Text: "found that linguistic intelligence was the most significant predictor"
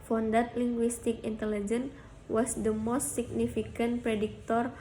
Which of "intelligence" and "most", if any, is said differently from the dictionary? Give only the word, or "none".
intelligence